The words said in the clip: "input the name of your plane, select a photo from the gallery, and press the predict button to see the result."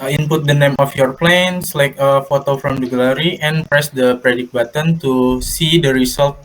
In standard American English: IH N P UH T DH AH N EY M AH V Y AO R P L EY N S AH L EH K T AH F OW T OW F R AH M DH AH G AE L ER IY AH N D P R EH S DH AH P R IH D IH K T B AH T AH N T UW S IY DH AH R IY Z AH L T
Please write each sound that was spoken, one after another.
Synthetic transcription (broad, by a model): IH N P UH T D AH N EY M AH F Y AO R P L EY N S L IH K AH F OW T OW F R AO M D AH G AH L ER IY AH N P R EH S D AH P R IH D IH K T B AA T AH N T UW S IY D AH R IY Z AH L T